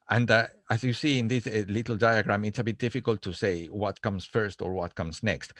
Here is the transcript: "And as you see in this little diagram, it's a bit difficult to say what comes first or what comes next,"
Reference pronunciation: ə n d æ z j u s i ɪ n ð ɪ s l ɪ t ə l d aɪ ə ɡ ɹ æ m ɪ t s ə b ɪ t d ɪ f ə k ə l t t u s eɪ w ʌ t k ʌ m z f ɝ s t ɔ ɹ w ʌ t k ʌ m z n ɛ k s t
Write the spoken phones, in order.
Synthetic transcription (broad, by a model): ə n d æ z j u s i ɪ n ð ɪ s l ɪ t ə l d aɪ ə ɡ ɹ æ m ɪ t s ə b ɪ t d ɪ f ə k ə l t t u s eɪ w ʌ t k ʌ m s f ɝ s t ɔ ɹ w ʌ t k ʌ m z n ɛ k s t